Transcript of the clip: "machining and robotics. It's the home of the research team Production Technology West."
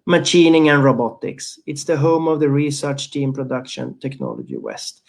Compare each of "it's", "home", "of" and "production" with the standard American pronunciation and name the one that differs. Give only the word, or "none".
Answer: none